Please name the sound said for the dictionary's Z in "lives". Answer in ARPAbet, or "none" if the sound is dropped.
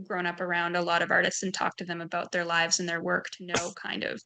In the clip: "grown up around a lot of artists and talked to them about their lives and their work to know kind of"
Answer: Z